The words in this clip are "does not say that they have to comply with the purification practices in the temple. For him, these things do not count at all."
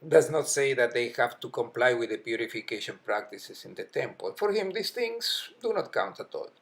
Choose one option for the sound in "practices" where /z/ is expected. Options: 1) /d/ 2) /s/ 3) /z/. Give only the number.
2